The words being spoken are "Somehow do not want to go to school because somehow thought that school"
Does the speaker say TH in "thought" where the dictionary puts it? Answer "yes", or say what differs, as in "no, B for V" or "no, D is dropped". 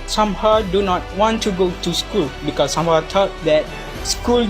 no, T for TH